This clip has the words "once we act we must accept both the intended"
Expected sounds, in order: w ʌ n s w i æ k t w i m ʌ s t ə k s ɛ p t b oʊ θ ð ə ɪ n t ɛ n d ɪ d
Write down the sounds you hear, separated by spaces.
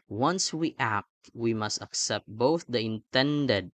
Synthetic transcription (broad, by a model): w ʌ n s w i æ k t w i m ʌ s t ə k s ɛ p t b oʊ θ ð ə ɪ n t ɛ n d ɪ d